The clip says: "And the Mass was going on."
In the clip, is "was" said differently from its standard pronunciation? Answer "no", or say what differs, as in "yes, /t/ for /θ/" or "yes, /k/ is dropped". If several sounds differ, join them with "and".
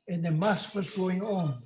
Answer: no